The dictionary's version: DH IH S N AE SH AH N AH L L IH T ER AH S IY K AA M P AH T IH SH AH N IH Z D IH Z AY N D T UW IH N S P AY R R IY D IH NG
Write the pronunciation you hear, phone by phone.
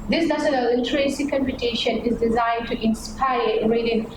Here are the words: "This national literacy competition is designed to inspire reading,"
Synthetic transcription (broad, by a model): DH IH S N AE S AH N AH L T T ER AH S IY K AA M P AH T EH SH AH N IH Z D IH Z AY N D T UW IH N S P AY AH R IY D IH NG